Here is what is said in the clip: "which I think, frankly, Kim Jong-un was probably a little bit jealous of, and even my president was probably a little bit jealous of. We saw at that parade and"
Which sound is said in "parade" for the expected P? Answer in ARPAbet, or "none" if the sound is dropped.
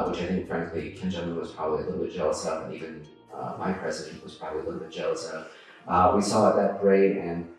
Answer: B